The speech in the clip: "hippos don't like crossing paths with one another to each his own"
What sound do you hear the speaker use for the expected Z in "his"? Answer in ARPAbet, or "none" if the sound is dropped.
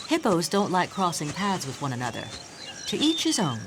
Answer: Z